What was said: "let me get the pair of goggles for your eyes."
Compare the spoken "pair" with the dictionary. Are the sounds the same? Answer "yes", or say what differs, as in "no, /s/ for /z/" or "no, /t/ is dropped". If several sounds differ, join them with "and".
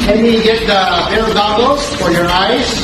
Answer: no, /b/ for /p/